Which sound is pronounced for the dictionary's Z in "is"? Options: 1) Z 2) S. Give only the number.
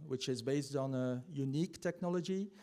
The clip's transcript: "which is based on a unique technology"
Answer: 1